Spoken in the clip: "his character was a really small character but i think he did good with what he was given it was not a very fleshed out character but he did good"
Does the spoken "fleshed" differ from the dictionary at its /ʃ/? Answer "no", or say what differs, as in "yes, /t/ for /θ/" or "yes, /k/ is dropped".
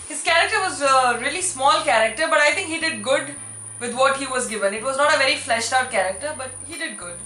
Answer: no